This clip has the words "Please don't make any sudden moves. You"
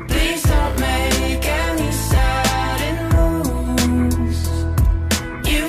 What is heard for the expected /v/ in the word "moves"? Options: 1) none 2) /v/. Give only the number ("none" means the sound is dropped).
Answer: 1